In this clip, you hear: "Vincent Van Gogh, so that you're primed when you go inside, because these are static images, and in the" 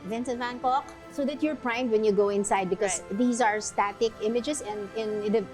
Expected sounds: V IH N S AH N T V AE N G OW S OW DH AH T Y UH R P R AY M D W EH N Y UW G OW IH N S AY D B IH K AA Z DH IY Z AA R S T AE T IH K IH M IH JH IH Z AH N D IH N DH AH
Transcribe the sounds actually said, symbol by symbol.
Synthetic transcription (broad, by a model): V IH N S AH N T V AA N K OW S OW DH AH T Y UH R P R AY M D W EH N Y UW G OW IH N S AY D B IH K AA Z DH IY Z AA R S T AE T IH K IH M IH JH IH S AH N D IH N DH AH